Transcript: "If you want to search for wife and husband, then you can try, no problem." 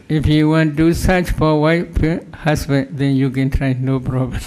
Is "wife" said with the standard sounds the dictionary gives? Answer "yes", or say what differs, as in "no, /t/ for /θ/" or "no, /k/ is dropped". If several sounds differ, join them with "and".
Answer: no, /f/ is dropped